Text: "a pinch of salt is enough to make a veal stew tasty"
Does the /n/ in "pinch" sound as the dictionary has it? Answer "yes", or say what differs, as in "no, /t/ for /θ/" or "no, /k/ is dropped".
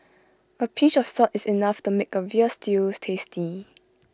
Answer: no, /n/ is dropped